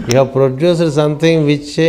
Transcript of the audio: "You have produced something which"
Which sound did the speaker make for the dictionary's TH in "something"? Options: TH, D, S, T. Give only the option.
T